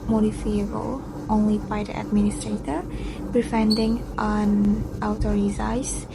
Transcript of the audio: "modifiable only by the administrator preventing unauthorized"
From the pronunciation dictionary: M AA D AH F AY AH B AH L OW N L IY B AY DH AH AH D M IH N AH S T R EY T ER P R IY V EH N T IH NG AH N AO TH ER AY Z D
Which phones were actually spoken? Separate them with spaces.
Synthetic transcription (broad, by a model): M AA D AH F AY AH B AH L OW N L IY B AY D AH AH D M IH N AH S T R EY T ER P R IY F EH N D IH NG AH N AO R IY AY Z